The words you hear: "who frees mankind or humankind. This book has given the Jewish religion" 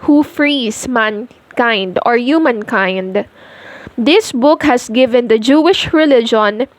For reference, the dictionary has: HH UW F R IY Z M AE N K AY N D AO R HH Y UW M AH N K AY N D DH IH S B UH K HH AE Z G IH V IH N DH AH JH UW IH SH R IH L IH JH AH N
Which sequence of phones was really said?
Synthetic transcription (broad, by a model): HH UW F R IY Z M AE N K AY N D AO R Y UW M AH N K AY N D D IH S B UH K HH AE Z G IH V IH N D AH JH UW IH SH R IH L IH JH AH N